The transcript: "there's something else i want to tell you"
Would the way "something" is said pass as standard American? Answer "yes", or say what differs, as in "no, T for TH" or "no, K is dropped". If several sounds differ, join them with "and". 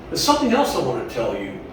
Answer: yes